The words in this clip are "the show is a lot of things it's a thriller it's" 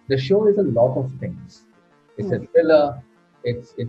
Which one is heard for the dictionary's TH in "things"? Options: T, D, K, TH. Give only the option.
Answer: T